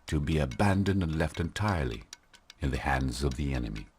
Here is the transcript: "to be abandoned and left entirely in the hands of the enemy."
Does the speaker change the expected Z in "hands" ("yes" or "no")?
no